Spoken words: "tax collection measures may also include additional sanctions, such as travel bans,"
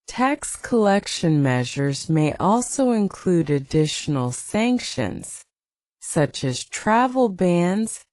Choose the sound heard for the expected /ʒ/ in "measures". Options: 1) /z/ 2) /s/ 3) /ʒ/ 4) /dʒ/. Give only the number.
3